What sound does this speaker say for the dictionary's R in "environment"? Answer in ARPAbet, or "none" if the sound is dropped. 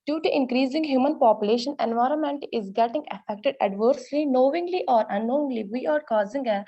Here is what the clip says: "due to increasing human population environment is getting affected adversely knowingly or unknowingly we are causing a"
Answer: R